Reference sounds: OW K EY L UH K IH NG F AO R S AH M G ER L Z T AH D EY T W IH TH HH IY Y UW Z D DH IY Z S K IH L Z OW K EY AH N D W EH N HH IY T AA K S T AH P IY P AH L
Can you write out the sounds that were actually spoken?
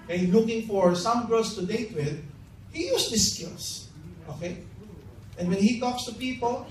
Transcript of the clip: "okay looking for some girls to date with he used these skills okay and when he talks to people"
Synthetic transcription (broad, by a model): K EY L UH K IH NG F AO R S AH M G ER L S T AH D EY T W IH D HH IY Y UW S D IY S K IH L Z OW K EY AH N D W EH N HH IY T AA K S T AH P IY P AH L